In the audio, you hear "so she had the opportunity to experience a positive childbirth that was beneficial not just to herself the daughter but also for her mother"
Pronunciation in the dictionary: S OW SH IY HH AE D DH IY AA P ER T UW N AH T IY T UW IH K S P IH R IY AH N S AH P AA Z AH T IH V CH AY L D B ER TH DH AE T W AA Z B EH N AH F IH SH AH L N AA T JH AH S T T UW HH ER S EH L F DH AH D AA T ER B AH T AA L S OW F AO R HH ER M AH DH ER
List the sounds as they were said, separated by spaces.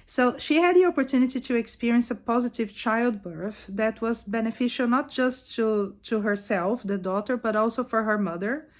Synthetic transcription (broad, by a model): S OW SH IY HH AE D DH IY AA P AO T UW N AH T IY T UW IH K S P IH R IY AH N S AH P AA Z AH T IH V CH AY L D B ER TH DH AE T W AA Z B EH N AH F IH SH AH L N AA T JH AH S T T UW HH ER S EH L F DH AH D AA T ER B AH T AA L S OW F AO R HH ER M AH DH ER